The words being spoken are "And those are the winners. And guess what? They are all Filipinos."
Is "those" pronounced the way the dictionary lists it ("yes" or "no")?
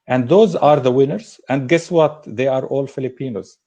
yes